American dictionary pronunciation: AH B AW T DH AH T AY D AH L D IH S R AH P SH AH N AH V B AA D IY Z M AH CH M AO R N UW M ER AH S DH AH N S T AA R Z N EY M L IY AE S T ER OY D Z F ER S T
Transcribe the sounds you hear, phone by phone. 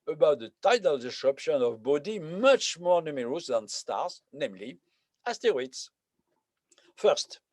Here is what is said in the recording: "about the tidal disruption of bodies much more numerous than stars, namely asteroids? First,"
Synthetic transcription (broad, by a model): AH B AW T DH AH T AY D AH L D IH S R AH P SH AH N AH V B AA D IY M AH CH M AO R N UW M ER AH S DH AH N S T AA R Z N EY M L IY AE S T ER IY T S F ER S T